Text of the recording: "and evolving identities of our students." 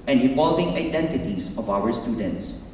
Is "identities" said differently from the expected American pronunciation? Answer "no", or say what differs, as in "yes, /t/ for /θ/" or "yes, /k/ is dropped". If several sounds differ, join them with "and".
yes, /s/ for /z/